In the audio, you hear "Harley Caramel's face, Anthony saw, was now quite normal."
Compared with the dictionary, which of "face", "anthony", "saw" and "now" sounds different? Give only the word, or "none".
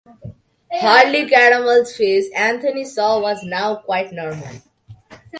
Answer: anthony